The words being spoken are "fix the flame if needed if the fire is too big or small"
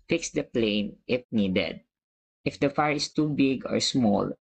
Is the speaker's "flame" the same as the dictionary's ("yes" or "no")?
no